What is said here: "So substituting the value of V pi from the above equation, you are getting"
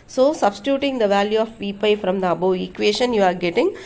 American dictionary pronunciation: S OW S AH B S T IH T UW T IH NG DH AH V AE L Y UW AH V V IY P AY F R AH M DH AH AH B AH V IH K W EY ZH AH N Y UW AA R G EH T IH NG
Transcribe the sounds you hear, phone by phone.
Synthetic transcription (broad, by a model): S OW S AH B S T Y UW T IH NG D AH V AE L Y UW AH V V IY P AY F R AH M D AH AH B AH IH K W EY SH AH N Y UW AA R G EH T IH NG